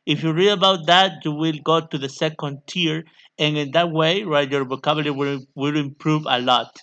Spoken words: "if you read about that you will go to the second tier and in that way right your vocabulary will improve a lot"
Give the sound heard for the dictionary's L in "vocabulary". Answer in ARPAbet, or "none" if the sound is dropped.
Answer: W